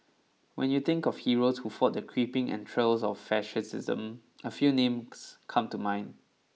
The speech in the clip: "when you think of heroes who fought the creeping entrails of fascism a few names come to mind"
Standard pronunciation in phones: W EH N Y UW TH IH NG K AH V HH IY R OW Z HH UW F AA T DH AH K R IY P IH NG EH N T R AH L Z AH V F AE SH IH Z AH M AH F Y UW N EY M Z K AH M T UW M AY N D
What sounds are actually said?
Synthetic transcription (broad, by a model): W EH N Y UW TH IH NG K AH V HH IY R OW S HH UW F AA T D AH K R IY P IH NG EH N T R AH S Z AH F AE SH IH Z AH M AH F Y UW N EY M S K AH M T UW M AY N